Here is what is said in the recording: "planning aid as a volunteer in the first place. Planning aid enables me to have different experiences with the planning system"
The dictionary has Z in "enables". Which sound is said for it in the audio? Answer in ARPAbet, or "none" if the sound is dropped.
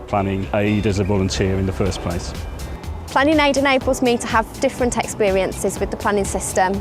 Z